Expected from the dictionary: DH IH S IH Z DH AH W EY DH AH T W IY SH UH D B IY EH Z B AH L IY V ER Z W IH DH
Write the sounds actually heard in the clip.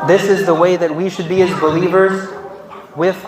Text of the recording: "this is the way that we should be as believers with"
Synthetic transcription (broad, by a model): DH IH S IH Z DH AH W EY DH AH T W IY SH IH D B IY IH Z B AH L IY V ER Z W IH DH